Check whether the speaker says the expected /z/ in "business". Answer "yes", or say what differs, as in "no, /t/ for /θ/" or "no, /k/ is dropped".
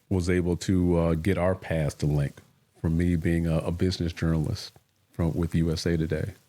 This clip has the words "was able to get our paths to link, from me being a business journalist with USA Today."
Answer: yes